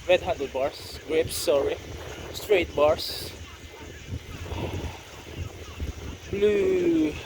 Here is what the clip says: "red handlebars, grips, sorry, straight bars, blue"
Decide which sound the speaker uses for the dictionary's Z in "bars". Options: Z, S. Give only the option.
S